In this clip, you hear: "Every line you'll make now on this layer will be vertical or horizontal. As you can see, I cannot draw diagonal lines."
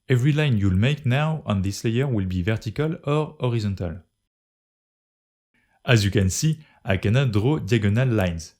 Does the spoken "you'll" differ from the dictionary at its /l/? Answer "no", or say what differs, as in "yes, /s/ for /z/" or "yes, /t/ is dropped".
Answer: no